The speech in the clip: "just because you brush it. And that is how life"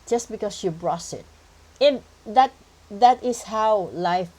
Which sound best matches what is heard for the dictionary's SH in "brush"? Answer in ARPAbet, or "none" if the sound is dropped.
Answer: S